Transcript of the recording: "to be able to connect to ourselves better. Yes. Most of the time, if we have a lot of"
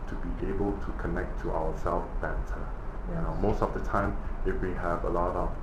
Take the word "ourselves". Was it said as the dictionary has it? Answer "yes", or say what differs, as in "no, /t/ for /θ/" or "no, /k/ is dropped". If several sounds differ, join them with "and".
no, /w/ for /ɹ/